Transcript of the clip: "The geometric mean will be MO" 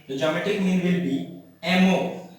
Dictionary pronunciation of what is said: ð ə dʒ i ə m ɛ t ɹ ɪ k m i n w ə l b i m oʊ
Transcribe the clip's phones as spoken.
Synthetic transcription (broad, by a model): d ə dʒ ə m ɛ t ɪ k m i n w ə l b i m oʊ